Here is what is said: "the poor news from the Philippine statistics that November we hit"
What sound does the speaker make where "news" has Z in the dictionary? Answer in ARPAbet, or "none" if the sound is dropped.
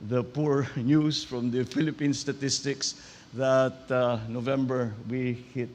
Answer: S